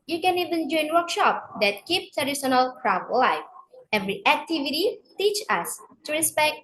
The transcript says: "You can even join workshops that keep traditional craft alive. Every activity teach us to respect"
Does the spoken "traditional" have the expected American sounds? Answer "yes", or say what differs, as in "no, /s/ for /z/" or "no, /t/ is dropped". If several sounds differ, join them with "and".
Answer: no, /s/ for /ʃ/